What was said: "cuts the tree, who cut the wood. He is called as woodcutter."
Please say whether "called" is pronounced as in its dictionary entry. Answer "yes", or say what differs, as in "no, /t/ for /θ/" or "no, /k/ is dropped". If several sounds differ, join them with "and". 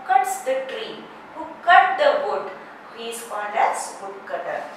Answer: no, /n/ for /l/